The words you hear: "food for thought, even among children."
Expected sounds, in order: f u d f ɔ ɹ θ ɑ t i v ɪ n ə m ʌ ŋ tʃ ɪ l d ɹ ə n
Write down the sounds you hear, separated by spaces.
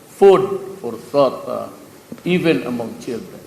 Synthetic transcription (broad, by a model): f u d f ɔ ɹ s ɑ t i v ɪ n ə m ʌ ŋ tʃ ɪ l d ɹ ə n